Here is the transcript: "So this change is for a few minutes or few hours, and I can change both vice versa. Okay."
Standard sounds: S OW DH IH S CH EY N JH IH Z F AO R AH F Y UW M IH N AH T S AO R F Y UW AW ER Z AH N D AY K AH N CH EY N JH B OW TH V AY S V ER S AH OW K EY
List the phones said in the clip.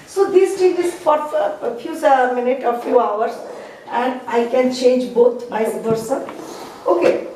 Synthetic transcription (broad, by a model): S OW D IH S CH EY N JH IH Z F AO R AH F Y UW M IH N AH T AO R F Y UW AW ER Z AH N D AY K AH N CH EY N JH B OW T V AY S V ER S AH OW K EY